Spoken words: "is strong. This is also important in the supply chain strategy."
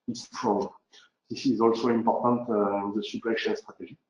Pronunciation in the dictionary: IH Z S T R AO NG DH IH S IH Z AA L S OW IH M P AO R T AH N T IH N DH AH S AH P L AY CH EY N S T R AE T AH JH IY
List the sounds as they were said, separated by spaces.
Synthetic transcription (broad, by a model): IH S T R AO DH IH S IH Z AA L S OW IH M P AO R T AH N T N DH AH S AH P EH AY SH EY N S T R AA T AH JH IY